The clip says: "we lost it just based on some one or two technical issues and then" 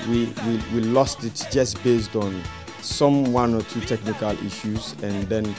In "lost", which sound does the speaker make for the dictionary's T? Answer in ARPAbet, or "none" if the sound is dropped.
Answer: T